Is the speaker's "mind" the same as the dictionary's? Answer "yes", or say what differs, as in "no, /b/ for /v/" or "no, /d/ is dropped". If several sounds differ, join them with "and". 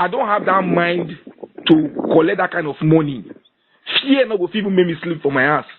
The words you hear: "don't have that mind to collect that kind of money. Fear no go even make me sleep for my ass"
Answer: yes